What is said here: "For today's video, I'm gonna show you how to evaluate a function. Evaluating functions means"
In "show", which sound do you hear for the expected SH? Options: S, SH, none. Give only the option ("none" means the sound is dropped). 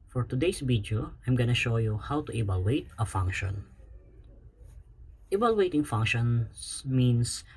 SH